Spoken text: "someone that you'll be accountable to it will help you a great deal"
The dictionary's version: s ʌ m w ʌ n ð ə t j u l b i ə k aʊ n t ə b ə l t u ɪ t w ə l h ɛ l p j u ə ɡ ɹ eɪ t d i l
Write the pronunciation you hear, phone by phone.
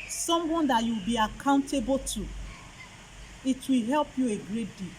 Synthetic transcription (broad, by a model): s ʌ m w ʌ n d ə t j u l b i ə k aʊ n t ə b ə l t u ɪ t w ə l h ɛ l p j u ə ɡ ɹ eɪ t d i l